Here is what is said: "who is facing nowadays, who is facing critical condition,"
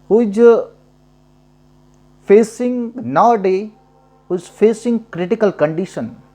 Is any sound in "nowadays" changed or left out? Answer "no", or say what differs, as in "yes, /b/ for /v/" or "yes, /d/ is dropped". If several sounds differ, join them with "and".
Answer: yes, /z/ is dropped